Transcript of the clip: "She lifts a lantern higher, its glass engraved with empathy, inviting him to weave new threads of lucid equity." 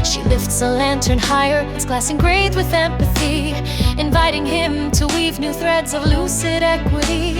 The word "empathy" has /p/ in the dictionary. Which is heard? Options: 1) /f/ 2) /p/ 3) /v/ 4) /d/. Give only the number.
2